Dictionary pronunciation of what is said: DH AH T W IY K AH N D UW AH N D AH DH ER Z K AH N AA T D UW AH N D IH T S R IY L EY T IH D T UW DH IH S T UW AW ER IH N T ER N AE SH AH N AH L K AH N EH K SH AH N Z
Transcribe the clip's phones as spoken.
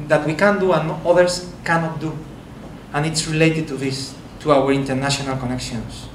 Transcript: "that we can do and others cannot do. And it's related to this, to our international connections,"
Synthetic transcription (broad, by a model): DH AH T W IY K AH N D UW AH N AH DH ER S K AH N AA T D UW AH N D IH T S R IY L EY T IH D T UW DH IH S T UW AW ER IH N T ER N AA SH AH N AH L K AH N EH K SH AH N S